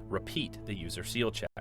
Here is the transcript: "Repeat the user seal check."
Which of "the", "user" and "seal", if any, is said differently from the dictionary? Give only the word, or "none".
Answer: none